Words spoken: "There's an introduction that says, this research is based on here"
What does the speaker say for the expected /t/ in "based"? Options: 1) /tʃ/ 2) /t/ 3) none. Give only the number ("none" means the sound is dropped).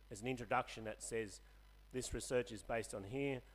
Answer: 2